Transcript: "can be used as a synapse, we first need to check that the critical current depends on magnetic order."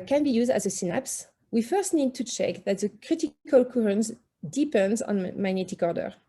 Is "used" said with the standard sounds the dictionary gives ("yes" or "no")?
yes